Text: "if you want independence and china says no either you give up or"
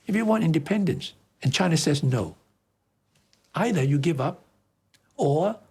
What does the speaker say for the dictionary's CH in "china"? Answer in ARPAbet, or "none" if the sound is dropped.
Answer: CH